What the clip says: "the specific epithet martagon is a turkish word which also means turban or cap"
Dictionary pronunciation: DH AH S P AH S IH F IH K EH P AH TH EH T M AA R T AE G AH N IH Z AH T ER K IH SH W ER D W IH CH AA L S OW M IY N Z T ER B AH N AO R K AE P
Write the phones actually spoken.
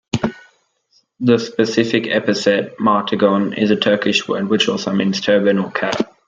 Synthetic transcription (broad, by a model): DH AH S P AH S IH F IH K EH P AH S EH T M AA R T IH G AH N IH Z AH T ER K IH SH W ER D W IH CH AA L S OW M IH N S T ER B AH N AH L K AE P